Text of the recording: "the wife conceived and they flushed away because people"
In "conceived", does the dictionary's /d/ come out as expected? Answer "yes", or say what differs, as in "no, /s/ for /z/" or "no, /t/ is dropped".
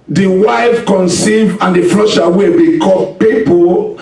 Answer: no, /d/ is dropped